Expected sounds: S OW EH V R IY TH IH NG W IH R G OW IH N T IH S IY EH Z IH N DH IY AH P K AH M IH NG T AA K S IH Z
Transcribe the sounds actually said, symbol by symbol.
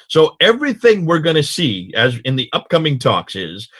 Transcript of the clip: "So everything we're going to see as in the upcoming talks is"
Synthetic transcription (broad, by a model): S OW EH V R IY TH IH NG W IH R G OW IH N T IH S IY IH Z IH N DH IY AH P K AH M IH NG T AA K S IH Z